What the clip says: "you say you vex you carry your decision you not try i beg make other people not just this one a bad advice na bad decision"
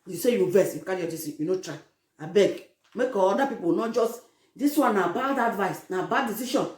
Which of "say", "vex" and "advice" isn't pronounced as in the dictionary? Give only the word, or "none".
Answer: vex